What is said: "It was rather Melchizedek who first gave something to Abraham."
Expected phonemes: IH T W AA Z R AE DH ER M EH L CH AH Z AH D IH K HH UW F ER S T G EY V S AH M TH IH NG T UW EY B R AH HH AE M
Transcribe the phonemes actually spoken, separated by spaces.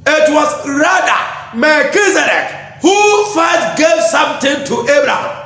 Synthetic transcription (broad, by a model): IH T W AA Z R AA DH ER M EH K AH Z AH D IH K HH UW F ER T G EY V S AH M T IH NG T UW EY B R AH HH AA M